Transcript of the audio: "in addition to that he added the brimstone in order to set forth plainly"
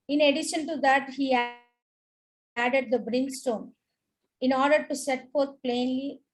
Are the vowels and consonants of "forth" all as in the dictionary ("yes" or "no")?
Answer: no